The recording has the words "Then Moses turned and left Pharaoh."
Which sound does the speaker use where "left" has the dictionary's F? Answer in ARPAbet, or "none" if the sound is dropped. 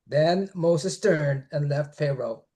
F